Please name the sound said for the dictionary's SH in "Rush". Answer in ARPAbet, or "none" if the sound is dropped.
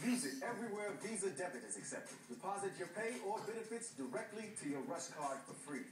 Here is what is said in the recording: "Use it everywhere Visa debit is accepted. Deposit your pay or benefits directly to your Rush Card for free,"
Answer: S